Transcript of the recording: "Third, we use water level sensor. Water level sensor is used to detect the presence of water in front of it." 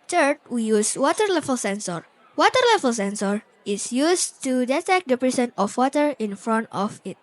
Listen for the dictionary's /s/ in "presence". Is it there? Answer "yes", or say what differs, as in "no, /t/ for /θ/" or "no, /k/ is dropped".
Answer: no, /s/ is dropped